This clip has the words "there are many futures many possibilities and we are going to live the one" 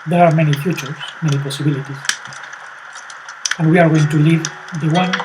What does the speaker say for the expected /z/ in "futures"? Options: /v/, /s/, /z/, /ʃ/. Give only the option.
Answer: /s/